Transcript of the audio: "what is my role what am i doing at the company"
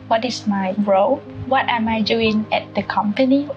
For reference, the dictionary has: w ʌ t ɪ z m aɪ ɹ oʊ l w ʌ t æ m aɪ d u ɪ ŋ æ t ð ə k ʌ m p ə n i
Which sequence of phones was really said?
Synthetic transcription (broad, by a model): w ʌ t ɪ s m aɪ ɹ oʊ l w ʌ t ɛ m aɪ d u ɪ ŋ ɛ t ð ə k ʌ m p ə n i